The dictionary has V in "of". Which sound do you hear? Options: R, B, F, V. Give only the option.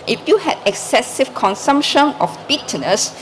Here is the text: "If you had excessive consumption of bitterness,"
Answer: F